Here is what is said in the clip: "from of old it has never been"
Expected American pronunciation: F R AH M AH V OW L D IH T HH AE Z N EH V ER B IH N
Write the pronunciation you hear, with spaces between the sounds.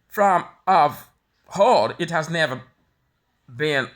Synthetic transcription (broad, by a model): F R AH M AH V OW D IH T HH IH Z N EH V ER B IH N